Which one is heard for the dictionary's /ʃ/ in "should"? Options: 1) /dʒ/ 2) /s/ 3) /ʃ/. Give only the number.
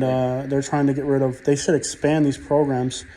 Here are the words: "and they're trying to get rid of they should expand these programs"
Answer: 2